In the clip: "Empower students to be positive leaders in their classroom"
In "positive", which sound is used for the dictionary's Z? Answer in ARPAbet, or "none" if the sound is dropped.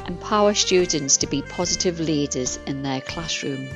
Z